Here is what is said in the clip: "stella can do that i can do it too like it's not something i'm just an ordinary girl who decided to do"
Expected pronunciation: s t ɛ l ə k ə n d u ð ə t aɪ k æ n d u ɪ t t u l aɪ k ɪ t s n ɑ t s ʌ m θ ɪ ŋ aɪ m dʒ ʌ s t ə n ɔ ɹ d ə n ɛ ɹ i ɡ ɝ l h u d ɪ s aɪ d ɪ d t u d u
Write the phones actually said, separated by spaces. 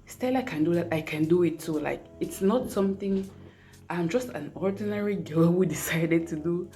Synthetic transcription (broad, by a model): s t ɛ l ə k ə n d u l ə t aɪ k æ n d u ɪ t s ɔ l aɪ k ɪ t s n ɑ t s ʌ m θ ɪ ŋ aɪ m dʒ ʌ s t ə n ɔ ɹ d ə n ɛ ɹ i ɡ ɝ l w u d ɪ s aɪ d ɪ d t u d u